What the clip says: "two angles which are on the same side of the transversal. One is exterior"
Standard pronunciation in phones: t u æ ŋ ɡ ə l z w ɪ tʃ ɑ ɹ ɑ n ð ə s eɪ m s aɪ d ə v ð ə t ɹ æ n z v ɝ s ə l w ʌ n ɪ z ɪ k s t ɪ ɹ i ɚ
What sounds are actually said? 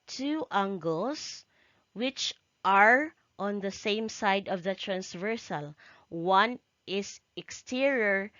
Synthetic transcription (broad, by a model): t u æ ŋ ɡ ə l s w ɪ tʃ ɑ ɹ ɑ n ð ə s eɪ m s aɪ d ə v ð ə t ɹ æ n s v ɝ s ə l w ʌ n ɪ s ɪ k s t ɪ ɹ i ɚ